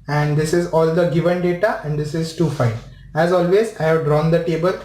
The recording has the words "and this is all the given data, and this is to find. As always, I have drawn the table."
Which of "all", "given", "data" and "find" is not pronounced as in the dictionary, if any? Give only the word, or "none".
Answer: find